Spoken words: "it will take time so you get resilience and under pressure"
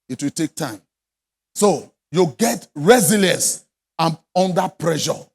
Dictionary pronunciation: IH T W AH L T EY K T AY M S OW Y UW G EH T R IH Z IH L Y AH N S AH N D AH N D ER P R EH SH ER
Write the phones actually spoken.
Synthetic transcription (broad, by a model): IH T W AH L T EY K T AY M S OW Y UW G EH T R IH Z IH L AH S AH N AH N D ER P R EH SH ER